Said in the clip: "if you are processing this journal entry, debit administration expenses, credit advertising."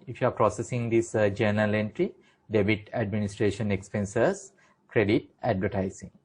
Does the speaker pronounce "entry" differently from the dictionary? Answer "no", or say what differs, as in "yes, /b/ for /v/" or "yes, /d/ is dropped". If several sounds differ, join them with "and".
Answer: no